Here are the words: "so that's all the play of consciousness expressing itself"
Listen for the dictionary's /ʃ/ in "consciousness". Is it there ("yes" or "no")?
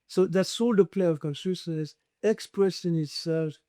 no